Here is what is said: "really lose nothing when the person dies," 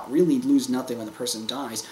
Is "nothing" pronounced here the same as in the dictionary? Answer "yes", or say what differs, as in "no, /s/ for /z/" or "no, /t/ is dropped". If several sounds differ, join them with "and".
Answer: yes